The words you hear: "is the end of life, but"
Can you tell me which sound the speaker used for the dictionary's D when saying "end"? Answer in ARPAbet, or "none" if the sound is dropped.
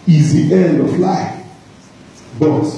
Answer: D